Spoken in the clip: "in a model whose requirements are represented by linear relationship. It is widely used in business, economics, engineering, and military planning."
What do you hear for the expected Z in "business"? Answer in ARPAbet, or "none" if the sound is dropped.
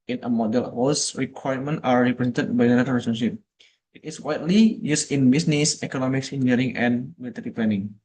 S